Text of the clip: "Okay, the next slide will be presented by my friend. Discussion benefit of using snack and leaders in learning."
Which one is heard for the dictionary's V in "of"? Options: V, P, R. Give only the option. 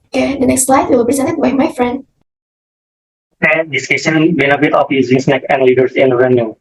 P